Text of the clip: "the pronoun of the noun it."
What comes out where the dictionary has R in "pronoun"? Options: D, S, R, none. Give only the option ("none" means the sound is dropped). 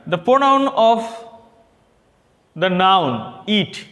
none